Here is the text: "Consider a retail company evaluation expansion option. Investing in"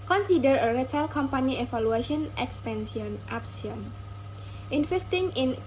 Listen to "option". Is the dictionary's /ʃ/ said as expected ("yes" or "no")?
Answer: no